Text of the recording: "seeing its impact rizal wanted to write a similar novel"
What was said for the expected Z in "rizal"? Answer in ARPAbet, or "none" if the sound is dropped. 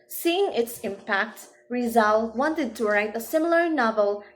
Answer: Z